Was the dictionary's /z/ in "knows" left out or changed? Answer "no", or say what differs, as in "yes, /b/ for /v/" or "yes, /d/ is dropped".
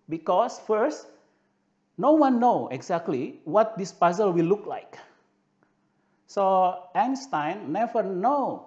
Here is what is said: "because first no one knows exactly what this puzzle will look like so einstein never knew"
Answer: yes, /z/ is dropped